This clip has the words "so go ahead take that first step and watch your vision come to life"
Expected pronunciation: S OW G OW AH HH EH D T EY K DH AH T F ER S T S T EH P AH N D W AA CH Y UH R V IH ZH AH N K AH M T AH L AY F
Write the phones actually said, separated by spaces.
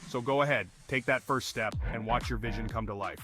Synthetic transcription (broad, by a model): S OW G OW AH HH EH D T EY K DH AH T F ER S T S T EH P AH N W AA CH Y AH R V IH ZH AH N K AH M T AH L AY F